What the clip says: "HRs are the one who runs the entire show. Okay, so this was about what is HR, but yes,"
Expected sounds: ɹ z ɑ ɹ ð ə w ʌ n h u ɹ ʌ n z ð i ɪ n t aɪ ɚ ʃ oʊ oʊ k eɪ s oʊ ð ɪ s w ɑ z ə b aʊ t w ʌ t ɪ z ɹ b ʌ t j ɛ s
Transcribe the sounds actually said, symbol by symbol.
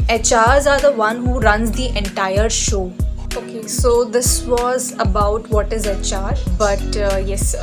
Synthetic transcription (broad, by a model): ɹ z ɑ ɹ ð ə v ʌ n h u ɹ ʌ n z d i ɪ n t aɪ ɚ ʃ oʊ oʊ k eɪ s oʊ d ɪ s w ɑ z ə b aʊ t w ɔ t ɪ z ɹ b ʌ t j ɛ s